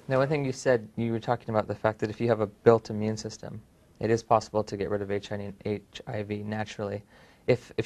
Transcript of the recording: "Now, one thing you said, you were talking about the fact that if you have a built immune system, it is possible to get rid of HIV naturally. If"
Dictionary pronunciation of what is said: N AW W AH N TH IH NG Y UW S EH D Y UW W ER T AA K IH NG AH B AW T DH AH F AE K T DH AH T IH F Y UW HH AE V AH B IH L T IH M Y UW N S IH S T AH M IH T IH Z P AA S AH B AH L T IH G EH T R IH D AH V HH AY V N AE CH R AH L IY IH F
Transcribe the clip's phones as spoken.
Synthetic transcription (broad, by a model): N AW W AH N TH IH NG Y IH S EH D Y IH W ER T AA K IH NG AH B AW T DH AH F AE K DH AH T IH F Y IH V AH B IH L T IH M Y UW N S IH S T AH M IH T IH Z P AA S AH B L T IH G EH T R IH D AH V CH AY V N AE CH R L IY IH F